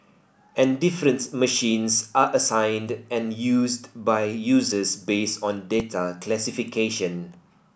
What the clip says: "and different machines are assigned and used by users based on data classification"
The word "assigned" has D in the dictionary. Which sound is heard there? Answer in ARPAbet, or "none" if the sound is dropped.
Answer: D